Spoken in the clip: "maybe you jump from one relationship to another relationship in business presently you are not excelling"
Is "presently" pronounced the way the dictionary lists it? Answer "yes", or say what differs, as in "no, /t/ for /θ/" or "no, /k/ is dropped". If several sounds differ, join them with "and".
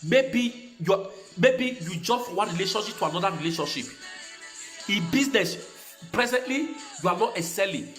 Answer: yes